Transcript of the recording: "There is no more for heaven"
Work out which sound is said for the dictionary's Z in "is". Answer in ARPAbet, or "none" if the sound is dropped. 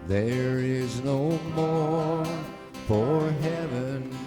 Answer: Z